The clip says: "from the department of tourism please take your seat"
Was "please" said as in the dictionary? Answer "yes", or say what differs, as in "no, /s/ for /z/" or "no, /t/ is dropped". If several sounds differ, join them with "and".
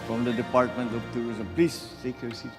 no, /s/ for /z/